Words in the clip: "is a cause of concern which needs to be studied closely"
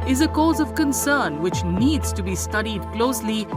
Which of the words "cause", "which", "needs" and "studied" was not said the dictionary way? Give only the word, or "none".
none